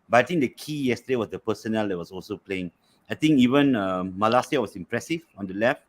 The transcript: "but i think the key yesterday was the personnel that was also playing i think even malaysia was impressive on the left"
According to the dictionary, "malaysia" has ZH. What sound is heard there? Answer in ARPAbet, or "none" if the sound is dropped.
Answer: S